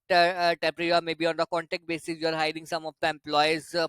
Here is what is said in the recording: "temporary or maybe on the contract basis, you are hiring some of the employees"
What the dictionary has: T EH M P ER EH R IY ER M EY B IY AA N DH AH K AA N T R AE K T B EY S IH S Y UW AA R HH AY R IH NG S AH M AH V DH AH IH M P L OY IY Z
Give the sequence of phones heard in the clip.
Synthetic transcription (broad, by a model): T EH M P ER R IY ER M EY B IY AA N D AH K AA N T EH K T B EY S IH S Y UW AA R HH AY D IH NG S AH M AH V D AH M P L OY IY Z